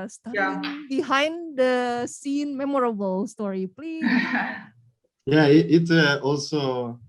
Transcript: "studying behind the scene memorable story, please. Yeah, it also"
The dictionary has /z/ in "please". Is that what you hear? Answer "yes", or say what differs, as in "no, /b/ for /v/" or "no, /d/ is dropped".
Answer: no, /z/ is dropped